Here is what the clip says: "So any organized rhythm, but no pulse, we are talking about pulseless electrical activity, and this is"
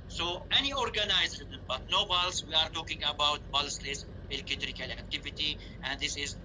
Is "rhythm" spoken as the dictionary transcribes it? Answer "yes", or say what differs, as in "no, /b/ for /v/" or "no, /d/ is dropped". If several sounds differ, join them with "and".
no, /ð/ is dropped